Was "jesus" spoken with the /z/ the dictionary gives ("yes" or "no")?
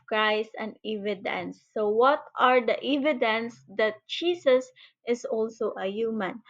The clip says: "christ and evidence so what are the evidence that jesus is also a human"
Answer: no